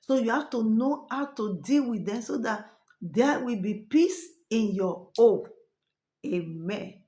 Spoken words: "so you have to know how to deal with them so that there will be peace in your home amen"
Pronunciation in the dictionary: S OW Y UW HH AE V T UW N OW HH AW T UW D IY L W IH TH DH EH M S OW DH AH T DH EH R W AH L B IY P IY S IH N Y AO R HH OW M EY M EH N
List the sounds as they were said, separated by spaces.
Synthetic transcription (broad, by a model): S OW Y UW HH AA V T UW N OW HH AW T UW D IY L W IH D EH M S OW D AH T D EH W AH L B IY P IY S IH N Y AO OW EY M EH N